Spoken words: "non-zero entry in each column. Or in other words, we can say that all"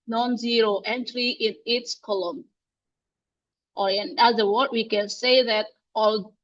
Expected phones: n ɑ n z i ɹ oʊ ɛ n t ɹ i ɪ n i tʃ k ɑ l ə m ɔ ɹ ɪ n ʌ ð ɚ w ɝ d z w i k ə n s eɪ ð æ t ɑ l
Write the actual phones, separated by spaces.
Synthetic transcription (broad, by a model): n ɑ n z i ɹ oʊ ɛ n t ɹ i ɪ n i s k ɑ l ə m ɔ ɹ ɪ n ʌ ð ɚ w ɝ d w i k ə n s eɪ ð æ t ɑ l